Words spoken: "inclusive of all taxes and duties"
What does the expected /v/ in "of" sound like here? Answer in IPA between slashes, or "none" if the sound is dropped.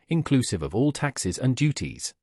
/v/